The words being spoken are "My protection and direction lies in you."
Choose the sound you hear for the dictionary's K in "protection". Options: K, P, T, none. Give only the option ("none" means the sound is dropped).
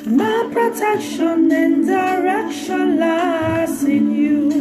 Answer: K